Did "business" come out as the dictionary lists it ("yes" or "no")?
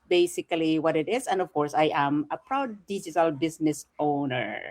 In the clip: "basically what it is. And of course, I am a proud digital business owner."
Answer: no